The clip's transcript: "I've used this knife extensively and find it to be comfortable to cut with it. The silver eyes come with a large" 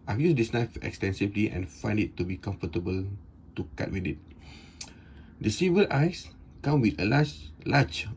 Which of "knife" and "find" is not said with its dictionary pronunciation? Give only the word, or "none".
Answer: none